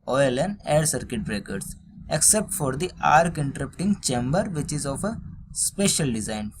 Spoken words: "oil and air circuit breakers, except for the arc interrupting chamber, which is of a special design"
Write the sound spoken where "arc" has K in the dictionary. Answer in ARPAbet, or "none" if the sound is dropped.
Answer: K